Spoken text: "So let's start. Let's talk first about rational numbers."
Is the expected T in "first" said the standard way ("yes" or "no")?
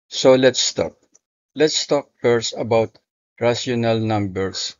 no